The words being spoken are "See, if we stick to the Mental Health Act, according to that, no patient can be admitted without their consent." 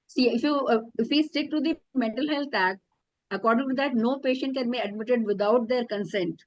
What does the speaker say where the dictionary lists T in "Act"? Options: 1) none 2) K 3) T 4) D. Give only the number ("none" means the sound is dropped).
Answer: 1